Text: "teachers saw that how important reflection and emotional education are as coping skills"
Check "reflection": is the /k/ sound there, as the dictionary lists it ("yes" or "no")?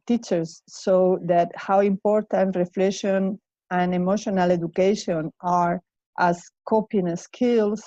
no